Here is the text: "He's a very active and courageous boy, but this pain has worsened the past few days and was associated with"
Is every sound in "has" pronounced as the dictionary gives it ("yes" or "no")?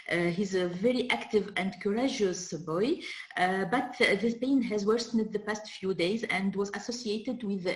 yes